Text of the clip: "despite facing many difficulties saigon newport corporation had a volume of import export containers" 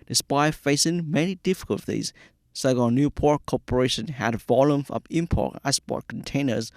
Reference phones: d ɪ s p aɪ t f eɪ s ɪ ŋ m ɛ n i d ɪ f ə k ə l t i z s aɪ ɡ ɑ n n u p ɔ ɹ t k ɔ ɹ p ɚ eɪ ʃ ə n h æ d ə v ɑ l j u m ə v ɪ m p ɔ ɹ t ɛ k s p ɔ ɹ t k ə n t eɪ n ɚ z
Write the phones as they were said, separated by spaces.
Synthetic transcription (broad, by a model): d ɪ s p aɪ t f eɪ s ɪ ŋ m ɛ n i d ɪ f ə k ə l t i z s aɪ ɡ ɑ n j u p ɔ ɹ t k ɔ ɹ p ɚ eɪ ʃ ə n h æ d v ɑ l j u m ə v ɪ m p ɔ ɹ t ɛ s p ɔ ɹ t k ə n t eɪ n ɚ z